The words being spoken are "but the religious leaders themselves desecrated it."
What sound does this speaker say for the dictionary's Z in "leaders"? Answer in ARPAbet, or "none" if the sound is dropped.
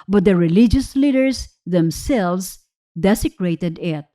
S